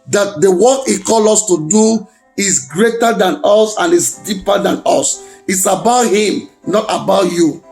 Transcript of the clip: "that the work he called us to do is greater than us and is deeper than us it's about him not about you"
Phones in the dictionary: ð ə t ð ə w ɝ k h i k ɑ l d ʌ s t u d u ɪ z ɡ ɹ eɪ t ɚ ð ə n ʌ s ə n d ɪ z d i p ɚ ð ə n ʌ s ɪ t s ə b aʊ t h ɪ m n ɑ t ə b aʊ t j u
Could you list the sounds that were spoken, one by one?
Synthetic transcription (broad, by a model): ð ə t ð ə w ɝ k h i k ɑ l ɔ s t u d u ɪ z ɡ ɹ eɪ t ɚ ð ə n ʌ s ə n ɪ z d i p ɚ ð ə n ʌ s ɪ t s ə b aʊ t h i m n ɑ t ə b aʊ t j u